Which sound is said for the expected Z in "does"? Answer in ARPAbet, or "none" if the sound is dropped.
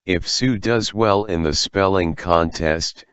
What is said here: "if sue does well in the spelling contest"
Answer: Z